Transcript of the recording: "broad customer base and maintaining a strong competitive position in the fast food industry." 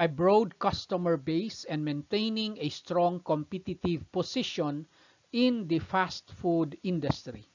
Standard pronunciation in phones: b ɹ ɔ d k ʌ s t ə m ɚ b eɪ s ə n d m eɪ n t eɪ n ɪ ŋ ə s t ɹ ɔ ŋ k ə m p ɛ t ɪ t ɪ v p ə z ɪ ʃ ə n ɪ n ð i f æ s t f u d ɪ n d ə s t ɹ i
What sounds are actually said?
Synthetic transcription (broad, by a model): b ɹ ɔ d k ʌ s t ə m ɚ b eɪ s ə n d m eɪ n t eɪ n ɪ ŋ ə s t ɹ ɔ ŋ k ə m p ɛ t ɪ t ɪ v p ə s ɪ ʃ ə n ɪ n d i f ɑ s t f u d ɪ n d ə s t ɹ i